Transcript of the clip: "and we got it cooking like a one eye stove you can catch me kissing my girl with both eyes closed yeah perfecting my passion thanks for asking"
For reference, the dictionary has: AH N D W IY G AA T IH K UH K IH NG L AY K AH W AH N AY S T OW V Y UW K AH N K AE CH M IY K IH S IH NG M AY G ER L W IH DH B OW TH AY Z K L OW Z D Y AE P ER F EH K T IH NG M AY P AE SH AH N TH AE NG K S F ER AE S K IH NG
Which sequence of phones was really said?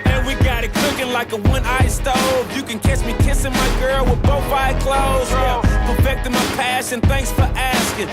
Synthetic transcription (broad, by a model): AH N W IY G AA T IH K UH K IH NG L AY K AH W AH N AY S T OW V Y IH K AH N K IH S M IY K IH S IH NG M AY G ER L W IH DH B OW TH AY K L OW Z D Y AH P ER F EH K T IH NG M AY P AE SH AH N TH AE NG K S F ER AE S K IH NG